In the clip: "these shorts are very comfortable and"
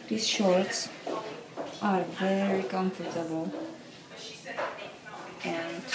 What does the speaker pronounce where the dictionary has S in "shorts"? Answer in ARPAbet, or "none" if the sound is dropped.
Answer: S